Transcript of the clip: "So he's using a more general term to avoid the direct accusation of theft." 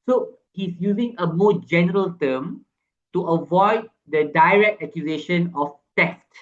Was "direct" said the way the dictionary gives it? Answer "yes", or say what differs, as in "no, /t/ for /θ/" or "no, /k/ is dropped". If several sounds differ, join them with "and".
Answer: yes